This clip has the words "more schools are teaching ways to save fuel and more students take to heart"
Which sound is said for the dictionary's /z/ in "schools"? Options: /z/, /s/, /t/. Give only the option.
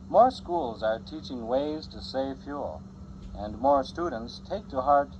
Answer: /z/